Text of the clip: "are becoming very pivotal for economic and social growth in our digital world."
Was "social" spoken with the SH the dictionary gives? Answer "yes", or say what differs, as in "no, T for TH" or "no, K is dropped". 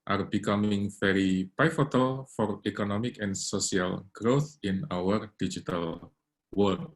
no, S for SH